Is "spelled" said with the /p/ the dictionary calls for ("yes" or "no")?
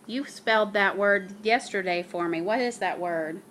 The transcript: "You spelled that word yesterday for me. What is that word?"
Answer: yes